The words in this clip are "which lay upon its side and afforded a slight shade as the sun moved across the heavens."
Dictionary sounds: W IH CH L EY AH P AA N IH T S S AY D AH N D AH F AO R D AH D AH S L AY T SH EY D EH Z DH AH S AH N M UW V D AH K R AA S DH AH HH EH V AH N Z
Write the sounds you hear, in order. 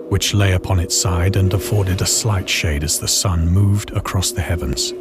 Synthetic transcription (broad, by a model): W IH CH L EY AH P AA N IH T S S AY D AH N AH F AO R D AH D AH S L AY T SH EY D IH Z DH AH S AH N M UW V D AH K R AA S DH AH HH EH V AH N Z